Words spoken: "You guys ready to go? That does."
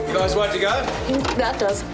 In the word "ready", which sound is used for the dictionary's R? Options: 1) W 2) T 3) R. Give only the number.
1